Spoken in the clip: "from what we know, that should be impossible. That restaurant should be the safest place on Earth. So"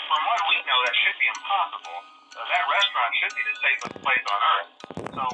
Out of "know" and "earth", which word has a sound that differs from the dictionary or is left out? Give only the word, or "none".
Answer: none